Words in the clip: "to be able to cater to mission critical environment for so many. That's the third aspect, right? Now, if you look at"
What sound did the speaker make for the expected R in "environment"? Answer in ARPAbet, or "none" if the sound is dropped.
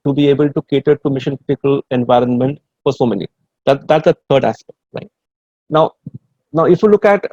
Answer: R